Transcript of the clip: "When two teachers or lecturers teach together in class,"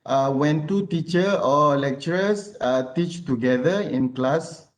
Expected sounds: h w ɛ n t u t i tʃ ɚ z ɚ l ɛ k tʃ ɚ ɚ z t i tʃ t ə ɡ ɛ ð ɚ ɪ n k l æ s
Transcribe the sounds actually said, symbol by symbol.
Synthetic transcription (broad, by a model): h w ɛ n t u t i tʃ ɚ ɔ l ɛ k tʃ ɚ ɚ s t i tʃ t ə ɡ ɛ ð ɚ ɪ n k l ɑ s